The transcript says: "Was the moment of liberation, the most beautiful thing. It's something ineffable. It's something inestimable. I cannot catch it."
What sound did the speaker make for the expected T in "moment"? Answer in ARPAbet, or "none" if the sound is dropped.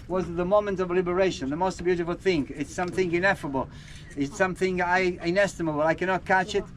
T